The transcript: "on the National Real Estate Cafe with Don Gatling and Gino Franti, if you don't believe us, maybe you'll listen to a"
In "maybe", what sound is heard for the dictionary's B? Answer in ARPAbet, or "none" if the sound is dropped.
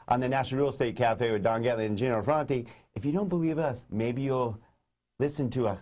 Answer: B